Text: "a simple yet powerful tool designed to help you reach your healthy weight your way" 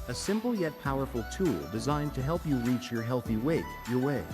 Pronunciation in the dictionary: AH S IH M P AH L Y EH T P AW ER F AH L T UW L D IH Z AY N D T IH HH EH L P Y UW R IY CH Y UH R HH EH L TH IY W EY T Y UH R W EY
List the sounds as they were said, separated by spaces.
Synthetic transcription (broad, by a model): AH S IH M P L Y EH T P AW ER F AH L T UW L D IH Z AY N T IH HH EH L P Y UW R IY CH Y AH R HH EH L TH IY W EY T Y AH R W EY